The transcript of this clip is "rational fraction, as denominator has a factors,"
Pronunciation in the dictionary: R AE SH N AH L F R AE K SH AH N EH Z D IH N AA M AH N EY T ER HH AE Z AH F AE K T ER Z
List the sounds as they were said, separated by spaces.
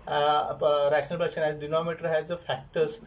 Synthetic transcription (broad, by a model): R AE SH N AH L P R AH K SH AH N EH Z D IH N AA M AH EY T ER HH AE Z AH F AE K T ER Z